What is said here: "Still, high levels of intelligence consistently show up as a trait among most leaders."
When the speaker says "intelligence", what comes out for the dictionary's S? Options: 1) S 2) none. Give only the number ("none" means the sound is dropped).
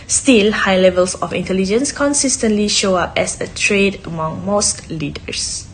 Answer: 1